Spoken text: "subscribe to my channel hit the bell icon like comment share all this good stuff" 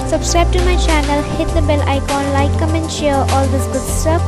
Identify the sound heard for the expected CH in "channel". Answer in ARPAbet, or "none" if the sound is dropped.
CH